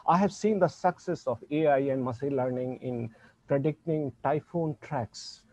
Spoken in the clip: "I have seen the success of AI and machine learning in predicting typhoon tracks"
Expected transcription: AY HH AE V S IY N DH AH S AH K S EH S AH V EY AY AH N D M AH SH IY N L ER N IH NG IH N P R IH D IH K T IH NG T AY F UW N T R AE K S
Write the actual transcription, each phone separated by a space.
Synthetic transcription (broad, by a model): AY HH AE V S IY N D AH S AH K S EH S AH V EY AY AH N D M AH S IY L ER N IH NG IH N P R IH D IH K T IH NG T AY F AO N T R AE K S